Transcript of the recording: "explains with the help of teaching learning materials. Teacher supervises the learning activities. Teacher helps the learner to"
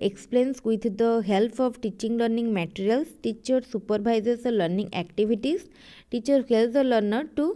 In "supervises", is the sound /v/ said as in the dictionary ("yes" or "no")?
no